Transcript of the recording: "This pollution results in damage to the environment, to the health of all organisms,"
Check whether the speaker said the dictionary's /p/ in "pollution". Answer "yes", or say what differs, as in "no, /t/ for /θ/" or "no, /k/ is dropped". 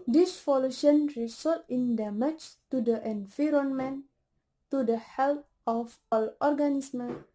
no, /f/ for /p/